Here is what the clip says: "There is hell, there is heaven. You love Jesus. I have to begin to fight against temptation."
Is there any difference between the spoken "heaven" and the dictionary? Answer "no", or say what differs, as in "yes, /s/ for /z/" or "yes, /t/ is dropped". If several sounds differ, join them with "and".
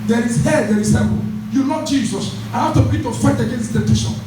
yes, /p/ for /v/